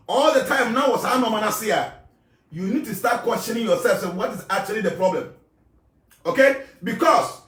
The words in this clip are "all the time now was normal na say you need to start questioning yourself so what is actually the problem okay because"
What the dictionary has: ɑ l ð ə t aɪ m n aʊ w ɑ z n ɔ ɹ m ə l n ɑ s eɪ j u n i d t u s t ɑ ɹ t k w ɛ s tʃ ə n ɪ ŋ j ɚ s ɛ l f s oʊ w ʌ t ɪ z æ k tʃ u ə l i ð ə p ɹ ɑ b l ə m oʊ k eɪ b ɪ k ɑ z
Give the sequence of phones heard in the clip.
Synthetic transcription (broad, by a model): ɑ l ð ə t aɪ m n aʊ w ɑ s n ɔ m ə n ɑ s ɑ j u n i d t u s t ɑ t k w ɛ s tʃ ə n ɪ ŋ j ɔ s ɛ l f s oʊ w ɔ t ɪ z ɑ k tʃ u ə l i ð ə p ɹ ɑ b l ə m oʊ k eɪ b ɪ k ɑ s